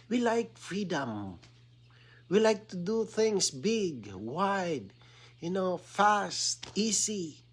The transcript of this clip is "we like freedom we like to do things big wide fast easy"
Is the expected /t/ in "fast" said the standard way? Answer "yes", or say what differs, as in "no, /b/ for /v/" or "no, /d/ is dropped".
yes